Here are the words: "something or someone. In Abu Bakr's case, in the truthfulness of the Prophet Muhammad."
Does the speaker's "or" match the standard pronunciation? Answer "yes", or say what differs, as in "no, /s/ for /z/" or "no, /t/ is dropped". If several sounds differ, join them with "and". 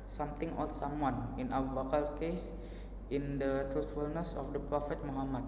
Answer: no, /l/ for /ɹ/